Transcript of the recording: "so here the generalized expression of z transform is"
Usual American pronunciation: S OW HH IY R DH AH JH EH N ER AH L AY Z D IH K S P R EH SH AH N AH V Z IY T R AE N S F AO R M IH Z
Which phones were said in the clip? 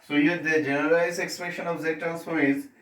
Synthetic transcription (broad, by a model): S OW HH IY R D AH JH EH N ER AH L AY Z IH K S P R EH SH AH N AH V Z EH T AE L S AO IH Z